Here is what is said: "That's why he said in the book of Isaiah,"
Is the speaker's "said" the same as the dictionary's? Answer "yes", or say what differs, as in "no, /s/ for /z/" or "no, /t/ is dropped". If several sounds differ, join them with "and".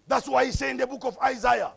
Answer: no, /d/ is dropped